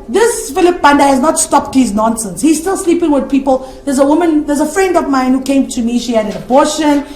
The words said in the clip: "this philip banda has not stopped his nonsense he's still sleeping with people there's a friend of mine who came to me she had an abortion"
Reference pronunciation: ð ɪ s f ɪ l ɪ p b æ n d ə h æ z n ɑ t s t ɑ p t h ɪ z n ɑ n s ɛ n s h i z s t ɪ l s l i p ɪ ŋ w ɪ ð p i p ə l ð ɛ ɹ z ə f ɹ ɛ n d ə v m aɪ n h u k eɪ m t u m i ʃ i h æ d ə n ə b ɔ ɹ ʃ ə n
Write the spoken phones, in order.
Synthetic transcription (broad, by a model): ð ɪ s f ɪ l ɪ p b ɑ n d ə h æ z n ɑ t s t ɑ p t h ɪ z n ɑ n s ɛ n s h i z s t ɪ l s l i p ɪ ŋ w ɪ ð p i p ə l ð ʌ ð z ə f ɹ ɛ n d ə v m aɪ n h u k eɪ m t u m i ʃ i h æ d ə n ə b ɔ ʃ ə n